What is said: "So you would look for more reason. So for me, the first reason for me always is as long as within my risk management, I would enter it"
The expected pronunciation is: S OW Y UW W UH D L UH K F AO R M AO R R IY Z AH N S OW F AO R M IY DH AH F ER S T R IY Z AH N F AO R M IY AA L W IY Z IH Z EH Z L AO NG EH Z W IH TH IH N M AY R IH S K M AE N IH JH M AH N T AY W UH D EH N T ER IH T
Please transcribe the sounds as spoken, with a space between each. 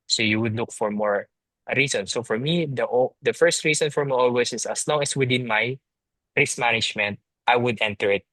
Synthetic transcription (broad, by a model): S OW Y UW W UH D L UH K F AO R M AO R R IY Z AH N S OW F AO R M IY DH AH F ER S T R IY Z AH N F AO R M IY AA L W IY S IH S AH S L AO NG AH S W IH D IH N M AY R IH S M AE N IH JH M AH N T AY W UH D EH N T ER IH T